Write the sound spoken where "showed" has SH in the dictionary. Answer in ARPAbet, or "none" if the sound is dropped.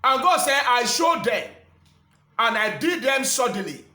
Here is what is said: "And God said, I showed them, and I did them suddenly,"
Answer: SH